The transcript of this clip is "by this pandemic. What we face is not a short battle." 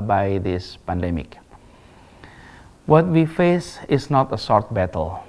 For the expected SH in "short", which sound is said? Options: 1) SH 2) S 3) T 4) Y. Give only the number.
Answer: 2